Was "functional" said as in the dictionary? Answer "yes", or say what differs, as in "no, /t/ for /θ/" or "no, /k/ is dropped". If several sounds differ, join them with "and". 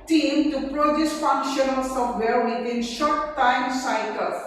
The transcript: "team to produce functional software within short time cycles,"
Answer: yes